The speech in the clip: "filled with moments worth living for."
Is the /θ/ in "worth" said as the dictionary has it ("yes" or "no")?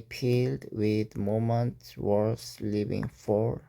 no